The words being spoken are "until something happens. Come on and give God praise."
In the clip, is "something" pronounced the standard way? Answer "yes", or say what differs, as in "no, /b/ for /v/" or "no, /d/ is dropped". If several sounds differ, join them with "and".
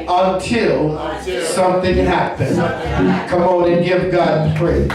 yes